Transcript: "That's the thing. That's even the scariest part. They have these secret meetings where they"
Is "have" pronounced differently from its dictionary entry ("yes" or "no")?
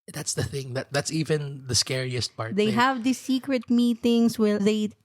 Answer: no